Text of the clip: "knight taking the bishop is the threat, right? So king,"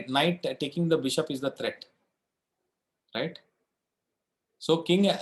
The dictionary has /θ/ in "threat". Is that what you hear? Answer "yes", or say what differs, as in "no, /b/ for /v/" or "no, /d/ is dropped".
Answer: no, /t/ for /θ/